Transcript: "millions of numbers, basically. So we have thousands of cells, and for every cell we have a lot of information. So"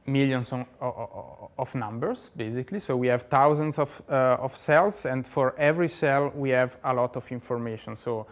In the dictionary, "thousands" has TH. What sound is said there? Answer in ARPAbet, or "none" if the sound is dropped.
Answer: T